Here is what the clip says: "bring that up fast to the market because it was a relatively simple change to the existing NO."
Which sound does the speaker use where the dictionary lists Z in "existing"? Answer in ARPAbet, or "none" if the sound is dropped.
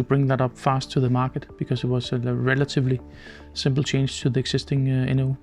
S